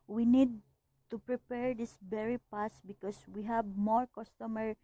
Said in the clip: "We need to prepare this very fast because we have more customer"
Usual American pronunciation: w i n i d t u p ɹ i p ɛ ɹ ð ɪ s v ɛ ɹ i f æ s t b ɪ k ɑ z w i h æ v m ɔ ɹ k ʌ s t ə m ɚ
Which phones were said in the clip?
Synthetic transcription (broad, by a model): w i n i d t u p ɹ i p ɛ ɹ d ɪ s b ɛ ɹ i p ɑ s b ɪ k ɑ s w i h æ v m ɔ ɹ k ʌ s t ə m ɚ